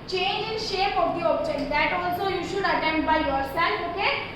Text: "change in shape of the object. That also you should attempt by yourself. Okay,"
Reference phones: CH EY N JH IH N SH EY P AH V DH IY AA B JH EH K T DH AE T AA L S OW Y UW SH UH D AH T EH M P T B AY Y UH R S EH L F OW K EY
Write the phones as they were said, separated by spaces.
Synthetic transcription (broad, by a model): CH EY N JH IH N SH EY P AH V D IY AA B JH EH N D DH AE T AA L S OW Y UW SH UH D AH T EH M T B AY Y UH R S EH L OW K EY